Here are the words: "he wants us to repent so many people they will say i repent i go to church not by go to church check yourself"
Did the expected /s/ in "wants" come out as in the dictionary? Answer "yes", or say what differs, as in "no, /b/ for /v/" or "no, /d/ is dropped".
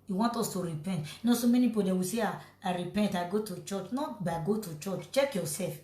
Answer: no, /s/ is dropped